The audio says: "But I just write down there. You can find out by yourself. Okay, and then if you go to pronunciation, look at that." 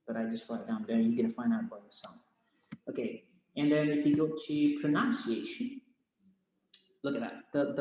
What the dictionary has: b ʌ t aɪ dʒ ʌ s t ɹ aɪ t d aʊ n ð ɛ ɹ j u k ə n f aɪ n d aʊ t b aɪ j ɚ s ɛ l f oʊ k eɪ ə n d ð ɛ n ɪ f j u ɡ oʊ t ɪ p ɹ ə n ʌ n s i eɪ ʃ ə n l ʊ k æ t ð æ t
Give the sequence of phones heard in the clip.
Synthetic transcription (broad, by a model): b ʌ t aɪ dʒ ʌ s t w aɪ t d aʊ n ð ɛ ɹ j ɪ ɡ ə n f aɪ n d aʊ t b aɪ j ɚ s ɛ l f oʊ k eɪ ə n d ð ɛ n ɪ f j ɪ ɡ oʊ t ɪ p ɹ ə n ʌ n s i eɪ ʃ ə n l ʊ k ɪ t ð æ t